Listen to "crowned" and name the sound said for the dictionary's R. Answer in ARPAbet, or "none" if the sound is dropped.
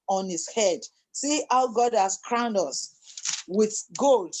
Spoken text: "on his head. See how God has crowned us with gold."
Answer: R